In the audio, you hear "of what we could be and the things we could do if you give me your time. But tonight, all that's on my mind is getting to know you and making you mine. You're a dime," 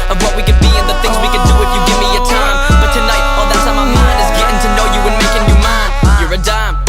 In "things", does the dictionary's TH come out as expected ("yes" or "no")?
yes